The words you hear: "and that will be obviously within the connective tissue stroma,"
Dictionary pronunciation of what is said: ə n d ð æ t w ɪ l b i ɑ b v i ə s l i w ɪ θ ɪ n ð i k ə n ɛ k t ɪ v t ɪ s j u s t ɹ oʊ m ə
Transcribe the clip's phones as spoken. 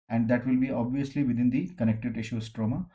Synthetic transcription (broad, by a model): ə n d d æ t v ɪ l b i ɑ b v i ə s l i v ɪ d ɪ n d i k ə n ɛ k t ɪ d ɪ ʃ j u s t ɹ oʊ m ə